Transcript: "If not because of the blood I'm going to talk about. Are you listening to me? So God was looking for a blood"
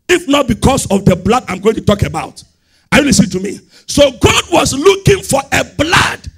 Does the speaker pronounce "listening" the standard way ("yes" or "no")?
no